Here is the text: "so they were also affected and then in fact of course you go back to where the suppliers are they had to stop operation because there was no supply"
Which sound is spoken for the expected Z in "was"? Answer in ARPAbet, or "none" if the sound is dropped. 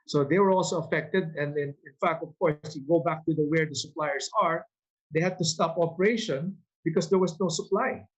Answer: S